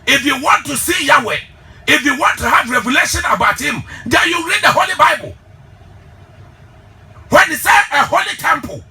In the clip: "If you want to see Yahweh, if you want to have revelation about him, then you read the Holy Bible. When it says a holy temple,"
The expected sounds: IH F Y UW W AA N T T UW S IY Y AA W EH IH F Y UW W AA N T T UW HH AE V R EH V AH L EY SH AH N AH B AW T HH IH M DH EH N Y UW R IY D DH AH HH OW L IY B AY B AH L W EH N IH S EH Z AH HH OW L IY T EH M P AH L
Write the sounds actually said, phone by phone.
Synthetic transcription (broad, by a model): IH F Y UW W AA N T T UW S IY Y AA W EH IH F Y UW W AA N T T UW HH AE V R EH V AH L EY SH AH N AH B AW T HH IH M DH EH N Y UW R IY D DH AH HH OW L IY B AY B AH L W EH N IH S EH AH HH OW L IY T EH M P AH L